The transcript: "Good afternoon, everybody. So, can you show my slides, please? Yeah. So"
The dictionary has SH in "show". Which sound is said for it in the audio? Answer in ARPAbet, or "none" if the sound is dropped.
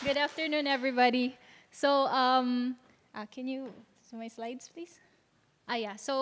S